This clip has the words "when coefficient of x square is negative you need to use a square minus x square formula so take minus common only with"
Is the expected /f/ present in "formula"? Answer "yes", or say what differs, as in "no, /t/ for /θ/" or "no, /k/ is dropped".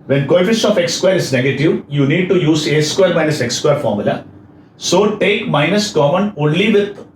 yes